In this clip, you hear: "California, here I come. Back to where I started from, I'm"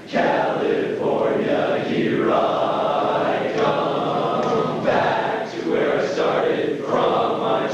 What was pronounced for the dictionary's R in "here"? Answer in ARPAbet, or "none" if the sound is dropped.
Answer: R